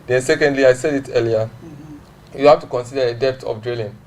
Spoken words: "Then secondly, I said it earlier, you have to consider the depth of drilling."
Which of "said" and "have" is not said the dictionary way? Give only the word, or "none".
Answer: have